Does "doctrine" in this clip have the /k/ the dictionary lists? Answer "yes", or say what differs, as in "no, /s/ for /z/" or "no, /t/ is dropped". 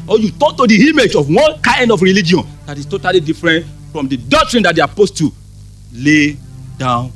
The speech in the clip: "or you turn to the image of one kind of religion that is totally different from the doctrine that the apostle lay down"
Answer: yes